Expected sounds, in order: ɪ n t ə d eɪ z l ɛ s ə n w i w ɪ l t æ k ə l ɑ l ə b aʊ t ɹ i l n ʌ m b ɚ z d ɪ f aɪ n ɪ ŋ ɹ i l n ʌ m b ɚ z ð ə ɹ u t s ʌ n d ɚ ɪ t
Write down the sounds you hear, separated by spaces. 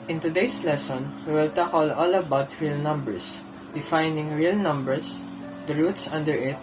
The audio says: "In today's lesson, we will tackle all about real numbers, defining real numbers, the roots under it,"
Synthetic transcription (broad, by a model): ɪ n t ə d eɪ s l ɛ s ə n w i w ɪ l t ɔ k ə l ɑ l ə b aʊ t ɹ i l n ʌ m b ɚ s d ɪ f aɪ n ɪ ŋ ɹ i l n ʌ m b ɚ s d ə ɹ u t s ʌ n d ɚ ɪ t